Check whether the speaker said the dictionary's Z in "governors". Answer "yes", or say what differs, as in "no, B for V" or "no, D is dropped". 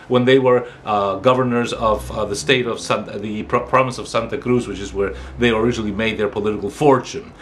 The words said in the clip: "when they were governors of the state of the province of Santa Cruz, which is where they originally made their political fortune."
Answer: yes